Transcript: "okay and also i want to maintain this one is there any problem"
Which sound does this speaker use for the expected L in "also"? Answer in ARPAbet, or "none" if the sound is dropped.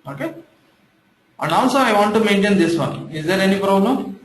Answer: N